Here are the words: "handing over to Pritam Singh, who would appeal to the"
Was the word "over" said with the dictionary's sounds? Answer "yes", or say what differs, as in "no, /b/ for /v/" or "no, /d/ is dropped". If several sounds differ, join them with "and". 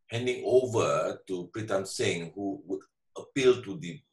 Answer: yes